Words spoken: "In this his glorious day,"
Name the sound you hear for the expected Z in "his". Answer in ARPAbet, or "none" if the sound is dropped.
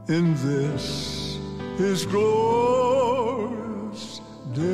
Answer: Z